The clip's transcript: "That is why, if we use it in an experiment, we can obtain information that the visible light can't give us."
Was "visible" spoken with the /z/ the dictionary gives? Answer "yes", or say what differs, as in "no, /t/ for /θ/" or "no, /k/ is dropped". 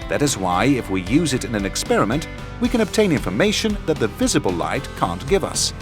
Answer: yes